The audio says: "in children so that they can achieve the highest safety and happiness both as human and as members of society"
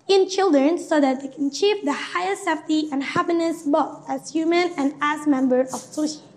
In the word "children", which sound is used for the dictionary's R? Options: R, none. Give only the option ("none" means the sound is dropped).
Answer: R